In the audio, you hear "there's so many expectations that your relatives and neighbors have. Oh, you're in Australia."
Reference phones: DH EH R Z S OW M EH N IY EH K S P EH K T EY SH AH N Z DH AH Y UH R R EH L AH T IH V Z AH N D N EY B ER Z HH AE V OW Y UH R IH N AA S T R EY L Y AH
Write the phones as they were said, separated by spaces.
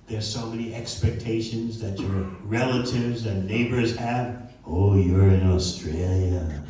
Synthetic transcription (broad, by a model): DH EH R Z S OW M EH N IY EH K S P EH K T EY SH AH N Z DH AH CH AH R R EH L AH T IH V Z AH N N EY B ER Z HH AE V OW Y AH R IH N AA S T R EY L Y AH